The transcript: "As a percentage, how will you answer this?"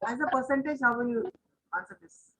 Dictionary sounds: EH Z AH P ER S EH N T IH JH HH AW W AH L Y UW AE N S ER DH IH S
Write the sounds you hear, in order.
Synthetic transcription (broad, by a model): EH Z AH P ER S EH N T IH JH HH AW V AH N Y UW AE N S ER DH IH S